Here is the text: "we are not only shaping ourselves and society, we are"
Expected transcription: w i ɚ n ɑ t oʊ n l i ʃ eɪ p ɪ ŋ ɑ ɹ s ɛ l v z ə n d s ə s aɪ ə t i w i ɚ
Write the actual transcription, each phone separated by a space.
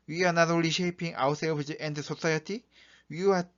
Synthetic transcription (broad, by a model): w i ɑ n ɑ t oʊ l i ʃ eɪ p ɪ ŋ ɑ w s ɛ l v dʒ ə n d s ə s aɪ ə t i w i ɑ